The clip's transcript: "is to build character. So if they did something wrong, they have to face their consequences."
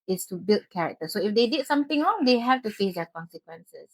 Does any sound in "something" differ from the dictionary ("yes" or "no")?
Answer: yes